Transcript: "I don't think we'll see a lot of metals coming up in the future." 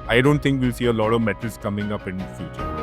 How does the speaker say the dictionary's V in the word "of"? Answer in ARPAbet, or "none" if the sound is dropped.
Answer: V